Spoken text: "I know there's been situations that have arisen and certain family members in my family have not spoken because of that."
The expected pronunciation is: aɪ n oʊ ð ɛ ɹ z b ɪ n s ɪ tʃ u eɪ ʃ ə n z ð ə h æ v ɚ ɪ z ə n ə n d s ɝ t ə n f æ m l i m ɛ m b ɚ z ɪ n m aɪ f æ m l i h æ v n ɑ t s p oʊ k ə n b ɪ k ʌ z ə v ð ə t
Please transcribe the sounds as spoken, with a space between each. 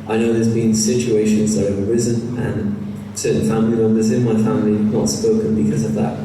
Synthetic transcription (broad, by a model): aɪ n oʊ ð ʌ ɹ z b ɪ n s ɪ tʃ u eɪ ʃ ə n z ð ə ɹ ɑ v ɚ ɪ z ə n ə n s ɝ t n f æ m l i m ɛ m b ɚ z ɪ n m aɪ f æ m l i n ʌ t s p oʊ k ə n b ɪ k ʌ z ə v ð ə t